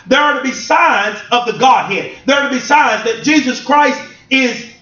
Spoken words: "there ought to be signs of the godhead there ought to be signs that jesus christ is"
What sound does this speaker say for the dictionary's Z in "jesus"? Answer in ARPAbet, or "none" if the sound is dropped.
Z